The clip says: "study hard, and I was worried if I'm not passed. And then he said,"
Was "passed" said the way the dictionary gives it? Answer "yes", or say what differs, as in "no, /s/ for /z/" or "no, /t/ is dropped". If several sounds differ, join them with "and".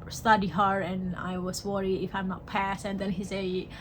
no, /t/ is dropped